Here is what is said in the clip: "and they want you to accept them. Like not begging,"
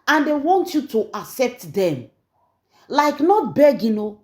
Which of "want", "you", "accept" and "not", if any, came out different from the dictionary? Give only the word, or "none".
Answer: accept